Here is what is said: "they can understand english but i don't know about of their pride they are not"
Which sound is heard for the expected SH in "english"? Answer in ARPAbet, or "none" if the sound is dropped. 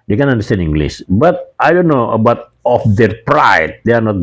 S